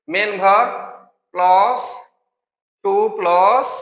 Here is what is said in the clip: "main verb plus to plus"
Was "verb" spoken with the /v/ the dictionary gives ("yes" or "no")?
no